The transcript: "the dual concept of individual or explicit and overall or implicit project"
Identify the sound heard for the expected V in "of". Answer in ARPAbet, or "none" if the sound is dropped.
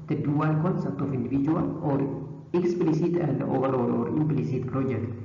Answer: F